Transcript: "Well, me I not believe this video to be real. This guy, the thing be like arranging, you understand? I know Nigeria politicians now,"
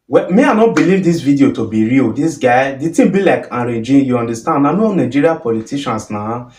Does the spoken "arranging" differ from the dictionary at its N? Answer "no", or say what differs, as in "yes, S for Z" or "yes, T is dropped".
yes, N is dropped